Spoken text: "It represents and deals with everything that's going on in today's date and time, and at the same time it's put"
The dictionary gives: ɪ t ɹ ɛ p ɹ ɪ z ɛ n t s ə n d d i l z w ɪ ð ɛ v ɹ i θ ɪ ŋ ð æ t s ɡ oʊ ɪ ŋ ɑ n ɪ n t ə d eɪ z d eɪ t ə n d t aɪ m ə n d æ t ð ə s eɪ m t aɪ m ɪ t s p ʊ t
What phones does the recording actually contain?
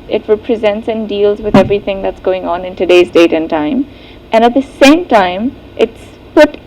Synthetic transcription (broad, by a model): ɪ t ɹ ɛ p ɹ ɪ z ɛ n t s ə n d d i l z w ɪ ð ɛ v ɹ i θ ɪ ŋ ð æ t s ɡ oʊ ɪ ŋ ɑ n ɪ n t ə d eɪ z d eɪ t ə n t aɪ m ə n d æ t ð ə s eɪ m t aɪ m ɪ t s p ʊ t